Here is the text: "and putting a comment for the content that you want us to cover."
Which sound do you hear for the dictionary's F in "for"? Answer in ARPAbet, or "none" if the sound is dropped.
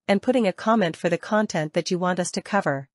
F